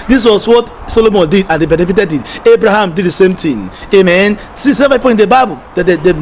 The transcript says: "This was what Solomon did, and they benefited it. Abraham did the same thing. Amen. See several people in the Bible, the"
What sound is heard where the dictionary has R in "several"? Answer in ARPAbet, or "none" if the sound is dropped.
none